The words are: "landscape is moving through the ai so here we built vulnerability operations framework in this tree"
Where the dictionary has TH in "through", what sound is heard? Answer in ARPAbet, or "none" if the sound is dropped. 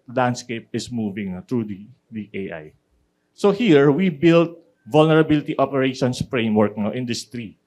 T